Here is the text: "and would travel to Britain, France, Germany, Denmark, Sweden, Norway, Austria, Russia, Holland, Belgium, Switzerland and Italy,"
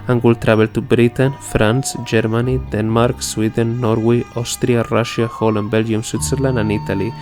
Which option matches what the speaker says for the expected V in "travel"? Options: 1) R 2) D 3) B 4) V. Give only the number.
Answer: 3